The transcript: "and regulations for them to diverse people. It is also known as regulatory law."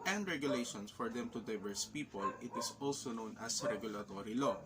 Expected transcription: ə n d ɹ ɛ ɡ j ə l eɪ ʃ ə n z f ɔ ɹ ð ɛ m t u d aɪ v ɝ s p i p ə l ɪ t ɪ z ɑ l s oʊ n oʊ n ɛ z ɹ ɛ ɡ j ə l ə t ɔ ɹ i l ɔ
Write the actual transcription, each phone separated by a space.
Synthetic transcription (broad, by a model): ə n d ɹ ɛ ɡ j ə l eɪ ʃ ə n s f ɔ ɹ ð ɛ m t u d aɪ v ɝ s p i p ə l ɪ t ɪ s ɑ l s oʊ n oʊ n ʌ s ɹ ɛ ɡ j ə l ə t ɔ ɹ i l ɔ